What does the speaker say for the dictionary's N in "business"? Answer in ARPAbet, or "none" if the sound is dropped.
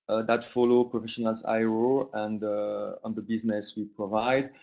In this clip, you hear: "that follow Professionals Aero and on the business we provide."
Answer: N